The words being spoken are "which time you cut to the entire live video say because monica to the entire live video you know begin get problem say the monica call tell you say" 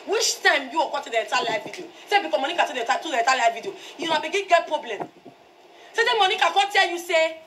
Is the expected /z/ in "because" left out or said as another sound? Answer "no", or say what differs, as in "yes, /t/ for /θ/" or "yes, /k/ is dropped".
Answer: yes, /z/ is dropped